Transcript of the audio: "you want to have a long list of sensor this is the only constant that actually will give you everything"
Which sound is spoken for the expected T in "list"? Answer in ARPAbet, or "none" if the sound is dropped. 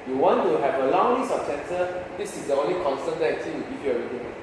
none